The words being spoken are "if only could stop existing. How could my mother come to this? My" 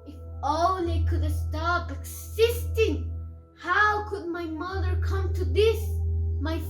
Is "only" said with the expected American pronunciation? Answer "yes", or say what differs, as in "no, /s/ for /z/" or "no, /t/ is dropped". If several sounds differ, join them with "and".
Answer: no, /n/ is dropped